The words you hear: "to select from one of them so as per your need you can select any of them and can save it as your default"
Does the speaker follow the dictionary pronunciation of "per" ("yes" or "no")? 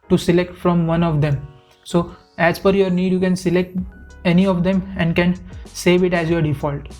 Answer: no